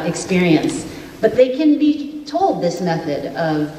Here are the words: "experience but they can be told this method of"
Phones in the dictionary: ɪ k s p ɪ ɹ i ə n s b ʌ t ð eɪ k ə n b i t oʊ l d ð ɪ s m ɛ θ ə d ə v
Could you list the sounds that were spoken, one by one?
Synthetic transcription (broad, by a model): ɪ k s p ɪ ɹ i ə n s b ʌ t ð eɪ k ə n b i t oʊ l d ð ɪ s m ɛ θ ə d ə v